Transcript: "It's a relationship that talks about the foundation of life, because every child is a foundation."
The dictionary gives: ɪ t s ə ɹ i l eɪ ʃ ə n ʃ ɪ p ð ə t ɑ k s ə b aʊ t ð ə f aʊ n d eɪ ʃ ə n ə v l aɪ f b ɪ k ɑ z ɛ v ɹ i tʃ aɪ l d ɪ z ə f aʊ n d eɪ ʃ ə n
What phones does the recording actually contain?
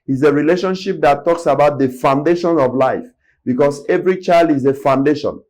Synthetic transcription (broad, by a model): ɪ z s ə ɹ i l eɪ ʃ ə n ʃ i p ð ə t ɑ k s ə b aʊ t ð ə f aʊ n d eɪ ʃ ə n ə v l aɪ f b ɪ k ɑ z ɛ v ɹ i tʃ aɪ l d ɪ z ə f aʊ n d eɪ ʃ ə n